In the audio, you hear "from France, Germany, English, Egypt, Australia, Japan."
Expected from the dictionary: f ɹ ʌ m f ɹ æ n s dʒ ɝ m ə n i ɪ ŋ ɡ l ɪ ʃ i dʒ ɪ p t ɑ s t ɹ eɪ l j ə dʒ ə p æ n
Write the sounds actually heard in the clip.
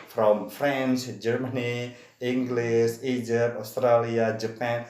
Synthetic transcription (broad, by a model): f ɹ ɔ m f ɹ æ n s dʒ ɝ m ə n i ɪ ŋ ɡ l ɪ s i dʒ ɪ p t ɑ s t ɹ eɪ l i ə dʒ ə p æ n